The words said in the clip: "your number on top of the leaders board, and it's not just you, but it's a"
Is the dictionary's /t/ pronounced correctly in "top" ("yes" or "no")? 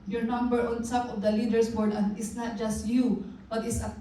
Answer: no